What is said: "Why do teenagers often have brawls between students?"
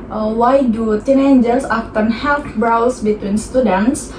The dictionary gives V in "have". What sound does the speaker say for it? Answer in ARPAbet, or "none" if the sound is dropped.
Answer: F